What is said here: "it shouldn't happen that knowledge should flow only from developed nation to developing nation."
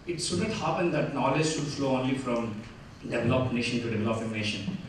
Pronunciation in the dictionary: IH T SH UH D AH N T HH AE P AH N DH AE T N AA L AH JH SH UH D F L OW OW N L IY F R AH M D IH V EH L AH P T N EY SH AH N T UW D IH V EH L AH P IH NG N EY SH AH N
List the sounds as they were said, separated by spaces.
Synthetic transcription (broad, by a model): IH T S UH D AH T HH AE P AH N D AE T N AA L AH JH SH UH D F L OW OW N L IY F R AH M D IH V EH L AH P N EY SH AH N T UW D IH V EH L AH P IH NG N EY SH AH N